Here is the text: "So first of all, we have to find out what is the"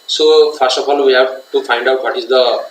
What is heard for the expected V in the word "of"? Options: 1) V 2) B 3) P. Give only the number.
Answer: 3